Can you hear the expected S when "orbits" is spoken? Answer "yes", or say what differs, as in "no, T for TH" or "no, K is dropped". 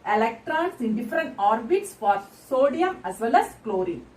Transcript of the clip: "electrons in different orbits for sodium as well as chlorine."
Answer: yes